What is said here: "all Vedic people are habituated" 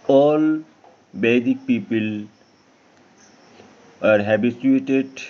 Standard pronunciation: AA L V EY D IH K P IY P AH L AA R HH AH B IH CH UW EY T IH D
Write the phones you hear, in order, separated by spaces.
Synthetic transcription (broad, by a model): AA L B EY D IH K P IY P AH L AA R HH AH B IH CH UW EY T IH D